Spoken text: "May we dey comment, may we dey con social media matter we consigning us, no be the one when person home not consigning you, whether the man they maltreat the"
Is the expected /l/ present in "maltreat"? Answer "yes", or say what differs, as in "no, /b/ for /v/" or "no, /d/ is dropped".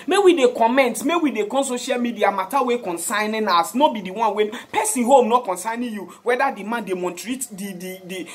no, /n/ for /l/